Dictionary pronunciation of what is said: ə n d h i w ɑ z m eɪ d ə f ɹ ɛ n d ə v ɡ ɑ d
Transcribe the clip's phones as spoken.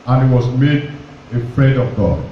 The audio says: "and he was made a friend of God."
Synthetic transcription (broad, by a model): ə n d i w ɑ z m eɪ d ə f ɹ ɛ n d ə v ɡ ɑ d